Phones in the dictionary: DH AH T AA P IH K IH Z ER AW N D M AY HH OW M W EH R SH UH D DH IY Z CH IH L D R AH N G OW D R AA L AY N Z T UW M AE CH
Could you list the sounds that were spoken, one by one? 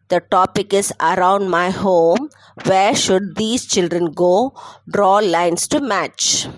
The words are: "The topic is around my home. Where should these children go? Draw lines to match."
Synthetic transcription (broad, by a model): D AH T AA P IH K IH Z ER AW N D M AY HH OW M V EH R SH UH D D IY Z CH IH L D R AH N G OW D R AA L AY N S T UW M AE CH